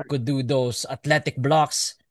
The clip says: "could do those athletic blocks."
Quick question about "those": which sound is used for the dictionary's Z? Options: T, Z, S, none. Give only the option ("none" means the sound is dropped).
S